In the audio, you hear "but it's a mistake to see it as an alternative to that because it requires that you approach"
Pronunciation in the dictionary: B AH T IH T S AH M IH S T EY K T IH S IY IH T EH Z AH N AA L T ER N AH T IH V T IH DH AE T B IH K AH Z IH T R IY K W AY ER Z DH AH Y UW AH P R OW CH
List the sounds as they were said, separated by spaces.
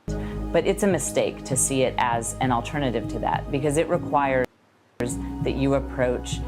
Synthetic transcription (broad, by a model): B AH T IH T S AH M IH S T EY K T IH S IY IH T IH Z AH N L T ER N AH T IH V T IH DH AE T B IH K AH Z IH T R IY K W AY ER Z DH AH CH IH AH P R OW CH